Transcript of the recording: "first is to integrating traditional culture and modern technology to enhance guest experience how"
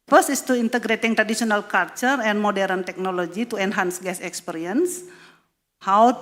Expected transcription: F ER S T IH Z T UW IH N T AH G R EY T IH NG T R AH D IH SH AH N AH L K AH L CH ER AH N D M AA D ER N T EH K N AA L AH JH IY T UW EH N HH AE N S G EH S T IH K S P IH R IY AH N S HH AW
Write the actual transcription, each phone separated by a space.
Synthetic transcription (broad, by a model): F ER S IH S T UW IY N T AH G R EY T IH NG T R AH D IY S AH N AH L K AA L CH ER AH N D M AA D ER N T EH K N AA L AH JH IY T UW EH N HH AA N S G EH S IH K S P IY R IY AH N S HH AW